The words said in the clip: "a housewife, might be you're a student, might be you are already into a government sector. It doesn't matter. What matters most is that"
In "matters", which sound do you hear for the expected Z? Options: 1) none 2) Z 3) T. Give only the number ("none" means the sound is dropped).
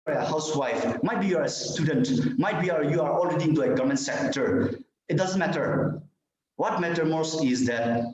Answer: 1